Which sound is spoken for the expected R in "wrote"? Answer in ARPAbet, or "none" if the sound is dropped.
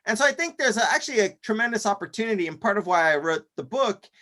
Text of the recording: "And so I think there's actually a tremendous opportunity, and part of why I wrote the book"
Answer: R